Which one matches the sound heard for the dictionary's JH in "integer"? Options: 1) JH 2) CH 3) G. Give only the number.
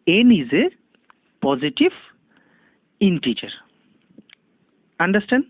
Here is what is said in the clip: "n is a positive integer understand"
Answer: 2